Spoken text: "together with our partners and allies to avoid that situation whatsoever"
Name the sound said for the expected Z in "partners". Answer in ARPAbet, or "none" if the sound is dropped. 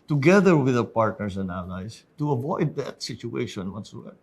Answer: S